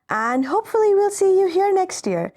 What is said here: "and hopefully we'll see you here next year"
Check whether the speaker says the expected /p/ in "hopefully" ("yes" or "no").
yes